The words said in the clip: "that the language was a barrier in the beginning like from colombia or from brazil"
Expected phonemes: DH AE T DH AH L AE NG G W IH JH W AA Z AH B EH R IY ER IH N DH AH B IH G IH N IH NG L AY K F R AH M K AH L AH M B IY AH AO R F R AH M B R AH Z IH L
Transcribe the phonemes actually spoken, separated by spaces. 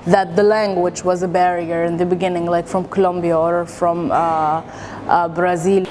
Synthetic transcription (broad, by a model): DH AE T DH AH L AE NG G W IH JH W AA Z AH B EH R IY ER IH N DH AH B IH G IH N IH NG L AY K F R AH M K AH L AH M B IY AH AO R F R AH M B R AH Z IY L